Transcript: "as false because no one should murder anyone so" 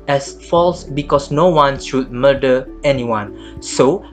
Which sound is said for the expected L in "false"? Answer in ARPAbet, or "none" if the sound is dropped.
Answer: L